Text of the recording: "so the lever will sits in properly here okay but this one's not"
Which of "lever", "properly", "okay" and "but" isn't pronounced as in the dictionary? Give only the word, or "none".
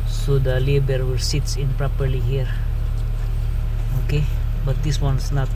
lever